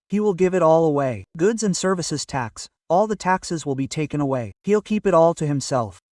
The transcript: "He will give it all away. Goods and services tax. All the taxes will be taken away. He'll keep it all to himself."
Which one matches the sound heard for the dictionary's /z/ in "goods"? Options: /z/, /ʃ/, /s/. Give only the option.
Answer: /z/